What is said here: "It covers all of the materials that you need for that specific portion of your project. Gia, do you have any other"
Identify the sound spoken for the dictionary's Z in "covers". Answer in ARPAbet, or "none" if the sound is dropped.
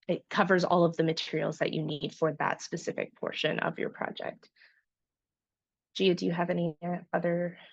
Z